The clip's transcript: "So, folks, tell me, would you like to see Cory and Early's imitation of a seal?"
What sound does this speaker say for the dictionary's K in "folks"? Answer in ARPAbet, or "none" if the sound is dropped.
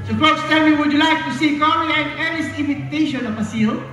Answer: none